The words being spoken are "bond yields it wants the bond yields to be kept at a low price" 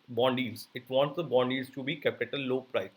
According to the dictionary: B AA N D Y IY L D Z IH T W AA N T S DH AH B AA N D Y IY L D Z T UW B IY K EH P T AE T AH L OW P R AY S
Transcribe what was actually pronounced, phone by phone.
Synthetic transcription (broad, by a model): B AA N D IY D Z IH T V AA N T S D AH B AA N D IY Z T UW B IY K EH P IH T AH L OW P R AY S